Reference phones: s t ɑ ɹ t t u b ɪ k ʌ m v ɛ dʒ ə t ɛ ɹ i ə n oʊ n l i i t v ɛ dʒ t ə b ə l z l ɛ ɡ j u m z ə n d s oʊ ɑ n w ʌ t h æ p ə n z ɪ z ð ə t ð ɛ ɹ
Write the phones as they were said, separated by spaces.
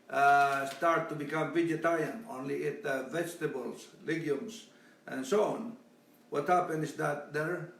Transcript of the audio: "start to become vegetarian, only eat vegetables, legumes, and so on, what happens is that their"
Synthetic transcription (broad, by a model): s t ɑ ɹ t t u b ɪ k ʌ m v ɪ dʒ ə t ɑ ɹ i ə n oʊ n l i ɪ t v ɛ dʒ t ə b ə l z l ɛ ɡ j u m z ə n s oʊ ɑ n w ʌ t h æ p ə n ɪ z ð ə t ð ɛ ɹ